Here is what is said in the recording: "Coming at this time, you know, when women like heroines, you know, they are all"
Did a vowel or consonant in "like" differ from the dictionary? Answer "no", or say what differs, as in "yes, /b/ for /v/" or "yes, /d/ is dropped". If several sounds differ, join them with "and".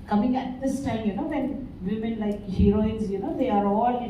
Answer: no